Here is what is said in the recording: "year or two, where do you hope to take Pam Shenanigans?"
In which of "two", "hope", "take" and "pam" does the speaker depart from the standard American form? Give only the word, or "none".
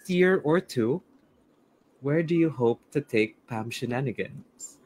none